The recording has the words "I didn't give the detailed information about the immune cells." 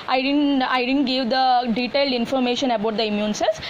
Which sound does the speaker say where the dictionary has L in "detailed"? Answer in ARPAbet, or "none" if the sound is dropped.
L